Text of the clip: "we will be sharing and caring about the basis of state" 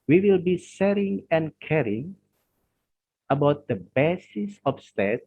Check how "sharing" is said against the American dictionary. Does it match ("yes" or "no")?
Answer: no